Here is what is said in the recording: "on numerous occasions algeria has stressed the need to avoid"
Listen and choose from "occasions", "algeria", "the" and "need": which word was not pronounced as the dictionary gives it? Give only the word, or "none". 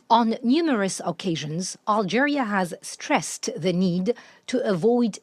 none